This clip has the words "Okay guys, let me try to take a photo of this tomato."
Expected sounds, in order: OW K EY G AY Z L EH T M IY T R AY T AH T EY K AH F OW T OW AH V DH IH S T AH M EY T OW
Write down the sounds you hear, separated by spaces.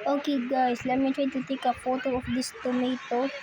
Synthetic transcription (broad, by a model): OW K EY G AY S L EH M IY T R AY T AH T EY K AH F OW T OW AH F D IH S T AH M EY T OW